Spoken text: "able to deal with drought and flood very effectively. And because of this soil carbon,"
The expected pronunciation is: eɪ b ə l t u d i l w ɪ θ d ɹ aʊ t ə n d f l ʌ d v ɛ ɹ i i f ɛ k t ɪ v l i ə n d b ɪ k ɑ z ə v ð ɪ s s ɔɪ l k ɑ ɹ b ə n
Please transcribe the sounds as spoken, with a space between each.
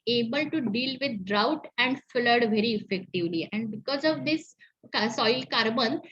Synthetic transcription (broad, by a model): eɪ b ə l t u d i l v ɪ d d ɹ aʊ t ə n d f l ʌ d v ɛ ɹ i i f ɛ k t ɪ v l i ə n d b ɪ k ɑ z ə v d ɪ s s ɔɪ l k ɑ ɹ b ə n